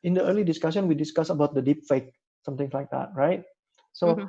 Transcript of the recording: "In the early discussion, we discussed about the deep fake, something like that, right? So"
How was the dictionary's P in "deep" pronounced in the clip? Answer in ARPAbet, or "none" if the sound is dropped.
P